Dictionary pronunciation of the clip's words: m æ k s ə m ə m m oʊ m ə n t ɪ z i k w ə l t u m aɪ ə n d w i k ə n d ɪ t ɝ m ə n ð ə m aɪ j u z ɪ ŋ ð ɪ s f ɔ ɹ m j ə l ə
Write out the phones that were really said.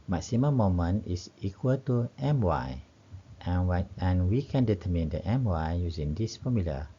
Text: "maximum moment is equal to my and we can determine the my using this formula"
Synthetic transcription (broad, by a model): m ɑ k s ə m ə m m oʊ m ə n ɪ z i k w ə l t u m aɪ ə n w i k ə n d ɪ t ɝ m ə n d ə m aɪ j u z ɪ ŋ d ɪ s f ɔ m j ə l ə